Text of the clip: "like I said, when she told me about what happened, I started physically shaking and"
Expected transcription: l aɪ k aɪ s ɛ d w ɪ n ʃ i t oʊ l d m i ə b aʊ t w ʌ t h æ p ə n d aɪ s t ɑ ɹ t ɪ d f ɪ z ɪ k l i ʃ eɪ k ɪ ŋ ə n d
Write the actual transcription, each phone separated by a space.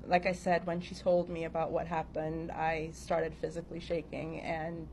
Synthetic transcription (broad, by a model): l aɪ k aɪ s ɛ d w ɪ n ʃ i t oʊ l d m i ə b aʊ t w ʌ t h æ p ə n d aɪ s t ɑ ɹ t ɪ d f ɪ z ɪ k l i ʃ eɪ k ɪ ŋ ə n